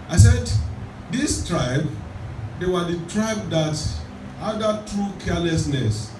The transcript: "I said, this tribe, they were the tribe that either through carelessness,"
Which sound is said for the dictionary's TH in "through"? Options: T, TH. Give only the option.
T